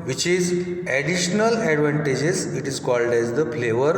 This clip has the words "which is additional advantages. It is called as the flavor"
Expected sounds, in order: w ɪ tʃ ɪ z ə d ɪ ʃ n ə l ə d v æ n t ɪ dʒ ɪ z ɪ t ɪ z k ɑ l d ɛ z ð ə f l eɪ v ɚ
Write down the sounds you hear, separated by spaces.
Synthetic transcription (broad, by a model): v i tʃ ɪ z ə d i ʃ n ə l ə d v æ n t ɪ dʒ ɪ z ɪ t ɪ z k ɑ l d ɛ z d ə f l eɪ v ɚ